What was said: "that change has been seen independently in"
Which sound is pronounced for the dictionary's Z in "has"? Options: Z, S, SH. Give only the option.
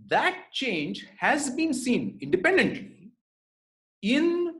Z